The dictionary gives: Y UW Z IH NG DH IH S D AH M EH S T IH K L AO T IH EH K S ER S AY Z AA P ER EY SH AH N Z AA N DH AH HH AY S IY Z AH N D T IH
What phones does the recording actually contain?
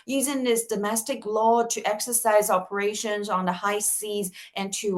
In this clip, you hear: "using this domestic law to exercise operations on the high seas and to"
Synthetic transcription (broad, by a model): Y UW Z IH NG DH IH S D AH M EH S T IH K L AO T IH EH K S ER S AY Z AA P ER EY SH AH N Z N DH AH HH AY S IY Z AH N T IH